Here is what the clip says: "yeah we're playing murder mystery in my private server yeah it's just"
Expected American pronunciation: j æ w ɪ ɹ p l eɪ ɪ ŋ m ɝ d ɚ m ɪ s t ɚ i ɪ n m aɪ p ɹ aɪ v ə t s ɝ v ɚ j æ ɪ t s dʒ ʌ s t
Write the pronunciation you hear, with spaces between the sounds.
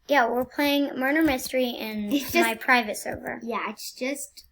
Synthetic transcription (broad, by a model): j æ w ɪ ɹ p l eɪ ɪ ŋ m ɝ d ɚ m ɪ s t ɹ i ɪ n m aɪ p ɹ aɪ v ə t s ɝ v ɚ j æ ɪ t s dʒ ʌ s t